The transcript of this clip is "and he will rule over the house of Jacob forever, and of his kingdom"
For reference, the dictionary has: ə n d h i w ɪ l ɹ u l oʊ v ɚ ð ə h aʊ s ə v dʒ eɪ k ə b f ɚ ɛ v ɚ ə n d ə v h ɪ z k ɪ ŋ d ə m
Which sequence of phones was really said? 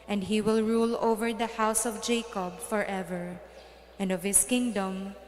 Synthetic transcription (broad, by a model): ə n d h i w ɪ l ɹ u l oʊ v ɚ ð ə h aʊ s ə v dʒ eɪ k ə b f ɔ ɛ v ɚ ə n d ə v h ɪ s k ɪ ŋ d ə m